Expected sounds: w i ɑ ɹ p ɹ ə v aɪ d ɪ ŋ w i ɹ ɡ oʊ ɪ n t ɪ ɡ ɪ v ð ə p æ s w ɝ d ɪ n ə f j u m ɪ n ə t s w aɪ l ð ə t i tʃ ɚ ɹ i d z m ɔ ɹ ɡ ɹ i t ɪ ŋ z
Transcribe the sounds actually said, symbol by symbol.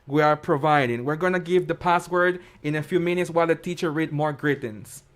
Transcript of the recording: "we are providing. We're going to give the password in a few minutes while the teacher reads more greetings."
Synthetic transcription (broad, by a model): w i ɑ ɹ p ɹ ə v aɪ d ɪ ŋ w i ɹ ɡ oʊ ɪ n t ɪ ɡ ɪ v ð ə p æ s w ɝ d ɪ n ə f j u m ɪ n ə t s w aɪ l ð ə t i tʃ ɚ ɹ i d m ɔ ɹ ɡ ɹ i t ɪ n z